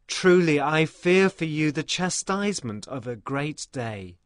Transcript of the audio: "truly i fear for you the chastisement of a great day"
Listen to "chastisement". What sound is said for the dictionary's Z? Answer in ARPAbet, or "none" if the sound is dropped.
Z